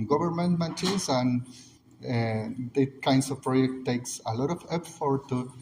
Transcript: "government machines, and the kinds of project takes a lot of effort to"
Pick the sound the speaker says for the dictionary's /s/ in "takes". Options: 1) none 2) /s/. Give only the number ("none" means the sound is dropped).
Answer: 2